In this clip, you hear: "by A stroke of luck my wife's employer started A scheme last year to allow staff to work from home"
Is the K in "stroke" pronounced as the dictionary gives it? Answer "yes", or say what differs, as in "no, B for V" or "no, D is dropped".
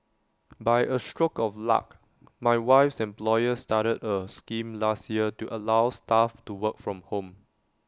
yes